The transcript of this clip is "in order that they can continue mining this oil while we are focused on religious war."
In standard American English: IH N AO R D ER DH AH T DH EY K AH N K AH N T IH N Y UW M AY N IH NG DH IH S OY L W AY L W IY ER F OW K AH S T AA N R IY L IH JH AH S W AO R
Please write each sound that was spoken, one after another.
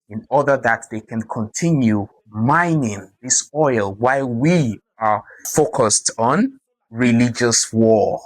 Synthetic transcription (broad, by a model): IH N AO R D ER DH AH T DH EY K AH N K AH N T IH N Y UW M AY N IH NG DH IH S OY L W AY L W IY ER F OW K AH S T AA N R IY L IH JH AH S W AO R